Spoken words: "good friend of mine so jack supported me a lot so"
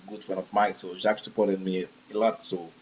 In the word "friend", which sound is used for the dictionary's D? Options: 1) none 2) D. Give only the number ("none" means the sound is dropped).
1